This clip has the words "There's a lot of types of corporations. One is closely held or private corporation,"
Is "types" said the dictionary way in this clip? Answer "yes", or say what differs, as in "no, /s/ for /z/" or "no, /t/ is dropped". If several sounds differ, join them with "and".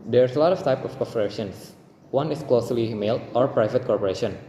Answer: no, /s/ is dropped